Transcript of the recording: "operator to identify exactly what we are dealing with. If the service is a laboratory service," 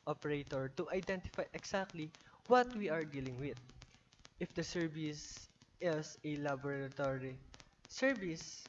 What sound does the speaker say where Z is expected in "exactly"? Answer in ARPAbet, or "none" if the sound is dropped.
S